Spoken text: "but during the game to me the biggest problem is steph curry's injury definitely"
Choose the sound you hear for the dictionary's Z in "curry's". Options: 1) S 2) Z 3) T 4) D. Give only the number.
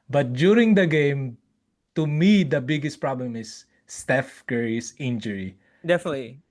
1